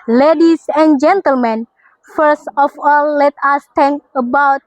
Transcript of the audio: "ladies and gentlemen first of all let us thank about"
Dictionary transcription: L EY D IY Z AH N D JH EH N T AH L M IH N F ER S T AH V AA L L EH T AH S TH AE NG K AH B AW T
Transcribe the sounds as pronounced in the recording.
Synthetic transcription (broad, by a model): L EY D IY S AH N JH EH N T AH L M IH N F ER S T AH F AA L L EH T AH S T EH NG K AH B AW T